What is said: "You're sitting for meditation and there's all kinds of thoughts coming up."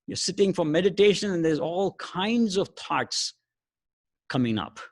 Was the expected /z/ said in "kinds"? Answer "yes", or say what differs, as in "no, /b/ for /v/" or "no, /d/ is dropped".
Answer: yes